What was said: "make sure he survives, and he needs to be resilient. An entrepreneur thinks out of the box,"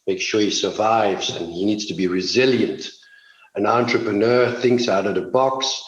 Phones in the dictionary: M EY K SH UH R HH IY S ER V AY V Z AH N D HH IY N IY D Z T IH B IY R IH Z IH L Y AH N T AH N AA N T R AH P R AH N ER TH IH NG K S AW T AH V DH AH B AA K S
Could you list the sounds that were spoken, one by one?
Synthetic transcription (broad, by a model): M EY K SH UH R HH IY S ER V AY V Z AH N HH IY N IY D Z T IH B IY R IH Z IH L Y AH N T AH N AA N T R AH P R AH N ER TH IH NG K S AW T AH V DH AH B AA K S